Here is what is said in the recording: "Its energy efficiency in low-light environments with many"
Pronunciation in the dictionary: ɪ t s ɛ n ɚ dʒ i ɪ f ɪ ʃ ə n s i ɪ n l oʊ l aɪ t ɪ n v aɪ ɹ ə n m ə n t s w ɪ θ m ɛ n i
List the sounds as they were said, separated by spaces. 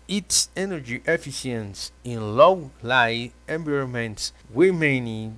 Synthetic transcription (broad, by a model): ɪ t s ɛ n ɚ dʒ i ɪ f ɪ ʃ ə n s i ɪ n l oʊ l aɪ ɪ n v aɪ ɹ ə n m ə n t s w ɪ m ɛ n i